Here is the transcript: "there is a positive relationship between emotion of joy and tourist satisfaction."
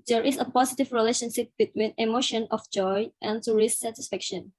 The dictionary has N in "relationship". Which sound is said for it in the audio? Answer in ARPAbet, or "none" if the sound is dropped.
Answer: N